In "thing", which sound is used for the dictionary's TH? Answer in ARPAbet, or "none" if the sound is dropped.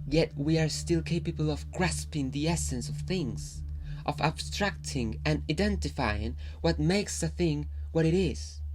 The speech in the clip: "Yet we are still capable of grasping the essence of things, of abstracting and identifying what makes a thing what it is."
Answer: TH